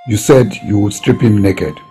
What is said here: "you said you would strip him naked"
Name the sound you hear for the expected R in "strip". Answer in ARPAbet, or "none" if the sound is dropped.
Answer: R